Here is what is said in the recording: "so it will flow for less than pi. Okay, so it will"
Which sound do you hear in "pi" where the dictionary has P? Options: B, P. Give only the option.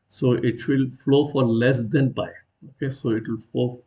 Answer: B